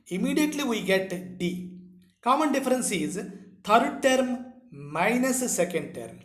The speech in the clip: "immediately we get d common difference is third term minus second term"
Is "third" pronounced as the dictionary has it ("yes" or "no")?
no